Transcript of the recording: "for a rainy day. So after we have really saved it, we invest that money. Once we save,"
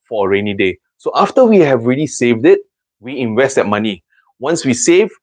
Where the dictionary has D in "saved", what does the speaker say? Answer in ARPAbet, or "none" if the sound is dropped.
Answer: D